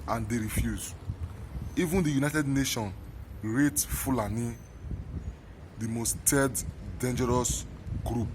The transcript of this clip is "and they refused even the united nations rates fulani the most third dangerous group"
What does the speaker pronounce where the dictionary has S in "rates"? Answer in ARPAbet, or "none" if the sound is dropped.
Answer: none